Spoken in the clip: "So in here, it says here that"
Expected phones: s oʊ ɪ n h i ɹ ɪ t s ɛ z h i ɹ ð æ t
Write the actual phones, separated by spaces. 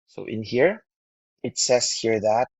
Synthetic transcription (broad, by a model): s oʊ ɪ n h i ɹ ɪ t s ɛ s h i ɹ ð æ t